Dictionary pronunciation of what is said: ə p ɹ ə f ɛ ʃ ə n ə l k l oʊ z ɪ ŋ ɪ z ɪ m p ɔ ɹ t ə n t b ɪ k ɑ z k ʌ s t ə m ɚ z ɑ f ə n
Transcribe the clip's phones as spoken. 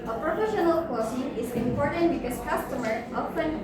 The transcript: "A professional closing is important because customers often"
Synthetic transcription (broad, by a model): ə p ɹ ə f ɛ ʃ ə n ə l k oʊ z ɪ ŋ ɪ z ɪ m p ɔ ɹ t ə n t b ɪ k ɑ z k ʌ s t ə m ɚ ɑ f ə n